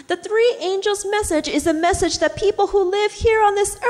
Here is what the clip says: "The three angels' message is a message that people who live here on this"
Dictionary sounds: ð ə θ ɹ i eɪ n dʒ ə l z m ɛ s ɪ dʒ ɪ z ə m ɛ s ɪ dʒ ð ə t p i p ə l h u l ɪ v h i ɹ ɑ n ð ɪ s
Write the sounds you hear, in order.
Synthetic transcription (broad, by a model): ð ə θ ɹ i eɪ n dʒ l z m ɛ s ɪ dʒ ɪ z ə m ɛ s ɪ dʒ ð ə t p i p l h u l ɪ v h i ɹ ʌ n ð ɪ s